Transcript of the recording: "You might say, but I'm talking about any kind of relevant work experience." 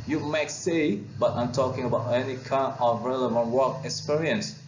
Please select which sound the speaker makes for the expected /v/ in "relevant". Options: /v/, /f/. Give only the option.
/v/